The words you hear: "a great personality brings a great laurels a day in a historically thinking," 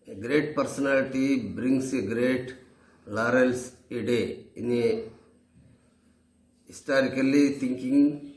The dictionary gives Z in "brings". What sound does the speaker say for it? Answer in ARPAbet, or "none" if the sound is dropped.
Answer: S